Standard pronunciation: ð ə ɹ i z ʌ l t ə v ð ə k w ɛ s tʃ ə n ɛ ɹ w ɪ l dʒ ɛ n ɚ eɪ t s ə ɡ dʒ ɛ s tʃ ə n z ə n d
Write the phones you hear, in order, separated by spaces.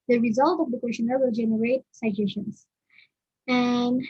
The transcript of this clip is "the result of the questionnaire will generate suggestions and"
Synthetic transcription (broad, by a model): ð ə ɹ i z ʌ l t ə v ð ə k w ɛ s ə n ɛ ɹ w ɪ l dʒ ɛ n ɚ eɪ t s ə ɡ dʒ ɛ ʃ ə n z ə n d